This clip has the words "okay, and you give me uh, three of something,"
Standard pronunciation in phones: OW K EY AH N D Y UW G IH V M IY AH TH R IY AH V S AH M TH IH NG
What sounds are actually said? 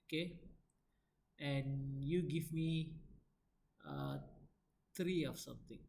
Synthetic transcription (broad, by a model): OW K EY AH N Y UW G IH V M IY AH T R IY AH F S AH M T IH NG